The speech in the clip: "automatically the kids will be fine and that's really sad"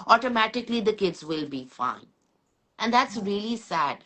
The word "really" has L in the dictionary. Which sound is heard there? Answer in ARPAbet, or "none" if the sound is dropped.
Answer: L